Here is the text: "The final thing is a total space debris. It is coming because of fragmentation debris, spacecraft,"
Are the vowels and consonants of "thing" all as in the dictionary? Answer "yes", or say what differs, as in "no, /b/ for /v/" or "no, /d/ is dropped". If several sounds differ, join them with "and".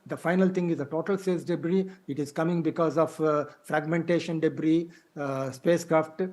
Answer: no, /t/ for /θ/